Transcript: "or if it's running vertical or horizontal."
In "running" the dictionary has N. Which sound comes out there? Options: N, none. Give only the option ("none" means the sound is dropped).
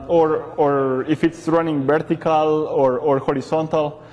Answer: N